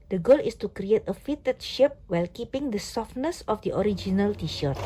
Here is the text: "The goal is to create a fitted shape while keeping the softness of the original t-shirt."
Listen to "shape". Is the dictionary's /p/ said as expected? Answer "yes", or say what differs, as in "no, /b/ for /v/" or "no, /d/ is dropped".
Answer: yes